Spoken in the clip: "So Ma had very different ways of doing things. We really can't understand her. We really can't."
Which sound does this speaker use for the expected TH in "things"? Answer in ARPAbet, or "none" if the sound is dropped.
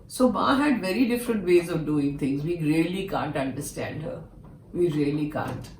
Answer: T